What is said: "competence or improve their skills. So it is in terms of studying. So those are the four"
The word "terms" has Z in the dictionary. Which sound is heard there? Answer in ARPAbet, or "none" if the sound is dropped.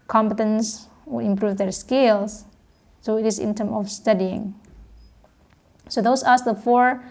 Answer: none